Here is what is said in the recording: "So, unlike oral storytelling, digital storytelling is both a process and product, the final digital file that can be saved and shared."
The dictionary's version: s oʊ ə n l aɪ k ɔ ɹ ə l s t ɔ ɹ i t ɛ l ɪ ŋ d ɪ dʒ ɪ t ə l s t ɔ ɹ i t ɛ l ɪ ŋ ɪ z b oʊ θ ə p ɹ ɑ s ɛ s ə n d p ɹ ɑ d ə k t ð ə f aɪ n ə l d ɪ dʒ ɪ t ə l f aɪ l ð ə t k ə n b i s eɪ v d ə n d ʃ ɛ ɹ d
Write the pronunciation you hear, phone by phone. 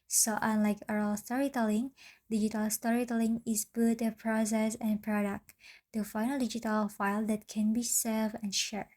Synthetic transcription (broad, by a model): s oʊ ə n l aɪ k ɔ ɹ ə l s t ɔ ɹ i t ɛ l ɪ ŋ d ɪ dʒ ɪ t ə l s t ɔ ɹ i t ɛ l ɪ ŋ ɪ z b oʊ t ə p ɹ ɑ s ɛ s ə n p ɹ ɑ d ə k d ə f aɪ n ə l d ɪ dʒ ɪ t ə l f aɪ l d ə t k ə n b i s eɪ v ə n ʃ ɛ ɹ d